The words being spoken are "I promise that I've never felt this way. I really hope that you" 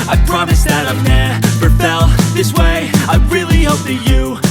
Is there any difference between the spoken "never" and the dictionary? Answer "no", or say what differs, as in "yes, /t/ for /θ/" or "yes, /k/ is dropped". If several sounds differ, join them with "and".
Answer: yes, /p/ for /v/